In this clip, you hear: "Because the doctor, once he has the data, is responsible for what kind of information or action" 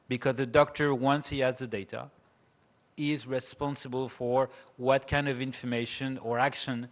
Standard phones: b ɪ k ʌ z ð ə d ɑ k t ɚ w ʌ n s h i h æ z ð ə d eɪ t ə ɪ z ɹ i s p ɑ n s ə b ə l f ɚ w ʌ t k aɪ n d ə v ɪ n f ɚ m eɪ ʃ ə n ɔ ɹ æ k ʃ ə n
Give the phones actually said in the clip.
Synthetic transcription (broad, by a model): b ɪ k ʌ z ð ə d ɑ k t ɚ w ʌ n s h i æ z ð ə d eɪ t ə ɪ z ɹ i s p ɑ n s ə b ə l f ɚ w ʌ t k aɪ n d ə v ɪ n f ɚ m eɪ ʃ ə n ɔ ɹ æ k ʃ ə n